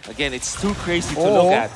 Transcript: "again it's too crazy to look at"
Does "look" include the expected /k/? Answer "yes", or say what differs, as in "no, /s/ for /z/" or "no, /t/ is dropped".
no, /k/ is dropped